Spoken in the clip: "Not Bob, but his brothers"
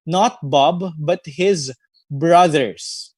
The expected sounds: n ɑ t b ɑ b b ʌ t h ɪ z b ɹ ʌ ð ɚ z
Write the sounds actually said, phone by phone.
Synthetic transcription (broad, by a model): n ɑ t b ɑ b b ʌ t h ɪ z b ɹ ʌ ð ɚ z